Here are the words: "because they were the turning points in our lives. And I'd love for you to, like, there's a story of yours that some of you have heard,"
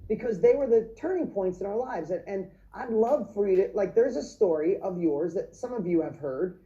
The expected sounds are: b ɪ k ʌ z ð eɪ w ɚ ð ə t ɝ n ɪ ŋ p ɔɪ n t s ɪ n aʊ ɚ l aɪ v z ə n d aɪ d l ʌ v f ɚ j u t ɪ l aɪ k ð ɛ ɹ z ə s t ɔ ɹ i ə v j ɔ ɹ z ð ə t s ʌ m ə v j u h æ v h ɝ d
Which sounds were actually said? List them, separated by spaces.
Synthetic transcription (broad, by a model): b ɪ k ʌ z ð eɪ w ɚ ð ə t ɝ n ɪ ŋ p ɔɪ n t s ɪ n aʊ ɚ l aɪ v z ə n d aɪ d l ʌ v f ɚ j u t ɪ l aɪ k ð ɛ ɹ z ə s t ɔ ɹ i ə v j ɔ ɹ z ð ə t s ʌ m ə v j u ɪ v h ɝ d